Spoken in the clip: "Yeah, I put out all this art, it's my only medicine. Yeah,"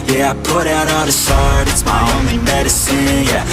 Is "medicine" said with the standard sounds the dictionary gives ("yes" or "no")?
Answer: yes